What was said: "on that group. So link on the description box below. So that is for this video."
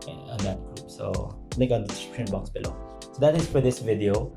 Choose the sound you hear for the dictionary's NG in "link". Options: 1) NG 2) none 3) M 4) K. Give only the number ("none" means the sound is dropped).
2